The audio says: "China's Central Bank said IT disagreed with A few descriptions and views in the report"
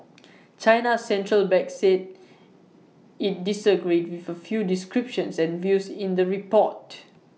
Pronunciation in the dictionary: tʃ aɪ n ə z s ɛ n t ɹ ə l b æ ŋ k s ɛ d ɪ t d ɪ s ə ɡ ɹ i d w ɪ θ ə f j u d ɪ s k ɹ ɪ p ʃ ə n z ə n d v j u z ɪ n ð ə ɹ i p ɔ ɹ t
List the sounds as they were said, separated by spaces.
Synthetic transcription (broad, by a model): tʃ aɪ n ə s ɛ n t ɹ ə l b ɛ k s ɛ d ɪ t d ɪ s ə ɡ ɹ i d w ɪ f ə f j u d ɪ s k ɹ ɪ p ʃ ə n s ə n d v j u s ɪ n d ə ɹ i p ɔ t